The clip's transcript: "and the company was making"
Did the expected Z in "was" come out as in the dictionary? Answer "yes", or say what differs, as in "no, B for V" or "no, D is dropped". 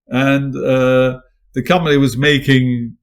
yes